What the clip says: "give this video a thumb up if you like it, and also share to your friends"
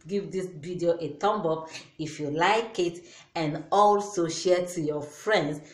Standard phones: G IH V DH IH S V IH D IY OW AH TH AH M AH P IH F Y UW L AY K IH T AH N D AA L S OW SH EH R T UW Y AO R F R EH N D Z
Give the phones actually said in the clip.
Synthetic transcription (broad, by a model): G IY V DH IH S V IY D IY OW AH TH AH M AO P IH F Y UW L AY K IH T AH N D AA L S OW SH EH T UW Y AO F R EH N D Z